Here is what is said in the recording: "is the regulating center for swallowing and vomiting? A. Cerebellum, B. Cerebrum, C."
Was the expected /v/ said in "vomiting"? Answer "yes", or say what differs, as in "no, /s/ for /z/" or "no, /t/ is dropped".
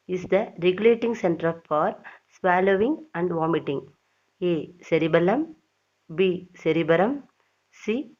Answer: yes